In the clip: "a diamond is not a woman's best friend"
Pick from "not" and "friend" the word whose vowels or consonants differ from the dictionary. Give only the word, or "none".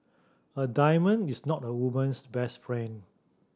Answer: friend